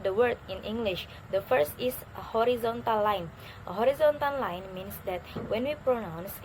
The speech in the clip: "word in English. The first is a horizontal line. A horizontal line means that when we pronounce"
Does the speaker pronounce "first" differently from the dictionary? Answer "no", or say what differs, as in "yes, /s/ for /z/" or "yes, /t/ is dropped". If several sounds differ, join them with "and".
no